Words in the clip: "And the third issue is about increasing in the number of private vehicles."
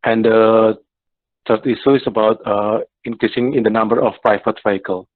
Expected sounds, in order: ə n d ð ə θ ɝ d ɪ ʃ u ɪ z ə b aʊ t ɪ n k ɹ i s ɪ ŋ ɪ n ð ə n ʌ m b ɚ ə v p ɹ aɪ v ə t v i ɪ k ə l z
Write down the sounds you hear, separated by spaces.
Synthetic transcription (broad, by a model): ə n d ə t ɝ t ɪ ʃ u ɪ s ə b aʊ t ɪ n k ɹ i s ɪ ŋ ɪ n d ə n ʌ m b ɚ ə f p ɹ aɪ f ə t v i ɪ k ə l